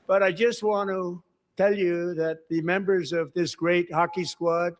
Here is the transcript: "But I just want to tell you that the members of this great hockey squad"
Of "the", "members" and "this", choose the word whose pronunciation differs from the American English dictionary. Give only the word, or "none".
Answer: none